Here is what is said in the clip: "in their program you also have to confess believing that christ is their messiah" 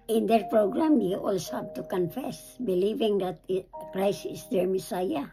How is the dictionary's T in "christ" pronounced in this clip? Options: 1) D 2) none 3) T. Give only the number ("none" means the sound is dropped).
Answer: 2